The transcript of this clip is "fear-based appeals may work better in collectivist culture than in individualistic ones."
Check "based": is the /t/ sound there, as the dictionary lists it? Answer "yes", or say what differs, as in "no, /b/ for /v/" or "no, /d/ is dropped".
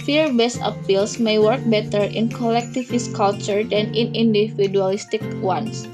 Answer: no, /t/ is dropped